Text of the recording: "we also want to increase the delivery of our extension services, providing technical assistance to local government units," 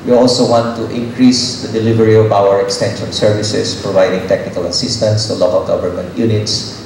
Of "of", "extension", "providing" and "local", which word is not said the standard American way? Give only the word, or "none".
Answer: of